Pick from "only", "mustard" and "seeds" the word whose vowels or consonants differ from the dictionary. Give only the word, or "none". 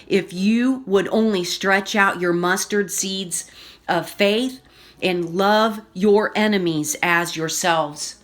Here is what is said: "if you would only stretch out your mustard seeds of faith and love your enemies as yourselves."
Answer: none